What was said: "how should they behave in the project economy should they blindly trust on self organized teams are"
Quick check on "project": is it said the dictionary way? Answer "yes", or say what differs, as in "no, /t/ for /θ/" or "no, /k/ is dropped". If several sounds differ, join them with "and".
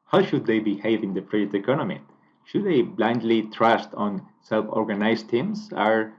no, /k/ is dropped